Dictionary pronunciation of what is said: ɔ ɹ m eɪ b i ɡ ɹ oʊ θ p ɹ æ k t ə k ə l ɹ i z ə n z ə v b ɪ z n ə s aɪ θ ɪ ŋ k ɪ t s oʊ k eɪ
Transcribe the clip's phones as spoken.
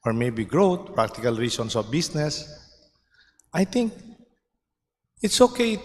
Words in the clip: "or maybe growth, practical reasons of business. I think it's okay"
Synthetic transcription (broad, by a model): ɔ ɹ m eɪ b i ɡ ɹ oʊ t p ɹ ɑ k t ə k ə l ɹ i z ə n s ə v b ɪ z n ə s aɪ t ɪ ŋ k ɪ t s oʊ k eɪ